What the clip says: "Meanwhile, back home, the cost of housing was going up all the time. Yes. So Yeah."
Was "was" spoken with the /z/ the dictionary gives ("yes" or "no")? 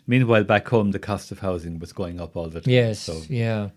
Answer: yes